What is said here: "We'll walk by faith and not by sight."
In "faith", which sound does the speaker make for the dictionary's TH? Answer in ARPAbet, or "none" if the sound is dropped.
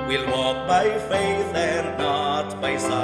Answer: TH